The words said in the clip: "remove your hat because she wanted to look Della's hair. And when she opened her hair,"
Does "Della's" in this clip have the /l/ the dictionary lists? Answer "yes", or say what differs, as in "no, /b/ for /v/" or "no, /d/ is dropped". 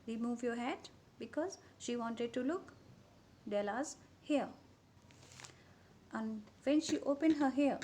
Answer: yes